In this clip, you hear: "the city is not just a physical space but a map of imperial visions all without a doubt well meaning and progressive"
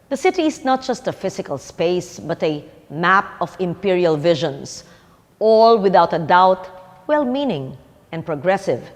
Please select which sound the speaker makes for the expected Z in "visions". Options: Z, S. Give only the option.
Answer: S